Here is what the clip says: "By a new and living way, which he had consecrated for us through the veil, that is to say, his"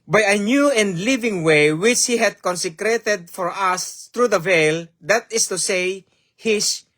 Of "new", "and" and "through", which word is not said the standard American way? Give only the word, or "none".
through